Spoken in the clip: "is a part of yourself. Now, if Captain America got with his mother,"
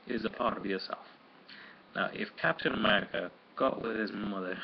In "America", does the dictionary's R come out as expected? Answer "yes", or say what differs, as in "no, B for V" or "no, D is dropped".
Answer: yes